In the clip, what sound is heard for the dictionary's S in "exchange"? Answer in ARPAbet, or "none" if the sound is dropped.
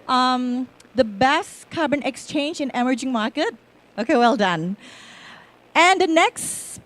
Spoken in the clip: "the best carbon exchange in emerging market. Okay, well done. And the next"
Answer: S